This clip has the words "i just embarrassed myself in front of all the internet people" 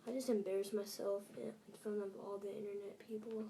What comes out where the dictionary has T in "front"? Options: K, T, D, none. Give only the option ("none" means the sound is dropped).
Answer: none